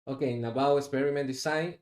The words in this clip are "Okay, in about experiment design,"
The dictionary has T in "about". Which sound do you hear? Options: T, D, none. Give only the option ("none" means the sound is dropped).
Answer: none